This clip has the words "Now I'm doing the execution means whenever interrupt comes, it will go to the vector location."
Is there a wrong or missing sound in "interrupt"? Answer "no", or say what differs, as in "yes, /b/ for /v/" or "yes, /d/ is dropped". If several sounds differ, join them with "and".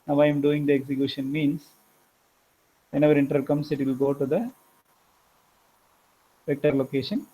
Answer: yes, /p/ is dropped